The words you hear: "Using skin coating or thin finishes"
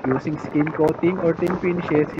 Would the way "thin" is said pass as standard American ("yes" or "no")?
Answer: no